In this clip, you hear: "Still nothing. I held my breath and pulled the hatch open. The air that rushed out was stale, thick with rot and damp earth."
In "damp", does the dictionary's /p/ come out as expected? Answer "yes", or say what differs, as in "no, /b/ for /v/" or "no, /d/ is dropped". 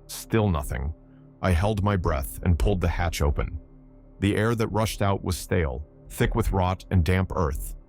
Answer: yes